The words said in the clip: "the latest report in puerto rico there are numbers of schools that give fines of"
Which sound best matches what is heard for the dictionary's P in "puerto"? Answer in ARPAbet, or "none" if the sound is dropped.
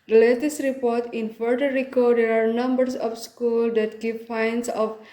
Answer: F